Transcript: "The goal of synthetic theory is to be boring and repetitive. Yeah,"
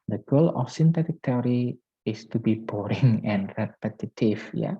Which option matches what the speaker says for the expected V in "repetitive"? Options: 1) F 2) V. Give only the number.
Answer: 1